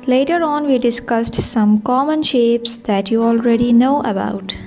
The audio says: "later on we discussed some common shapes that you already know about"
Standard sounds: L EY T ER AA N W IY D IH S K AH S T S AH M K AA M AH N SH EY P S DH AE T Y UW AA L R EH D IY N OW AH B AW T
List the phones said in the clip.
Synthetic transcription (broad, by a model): L EY T ER AA N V IY D IH S K AH S T S AH M K AA M AH N SH EY P S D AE T Y UW AA L R EH D IY N OW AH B AW T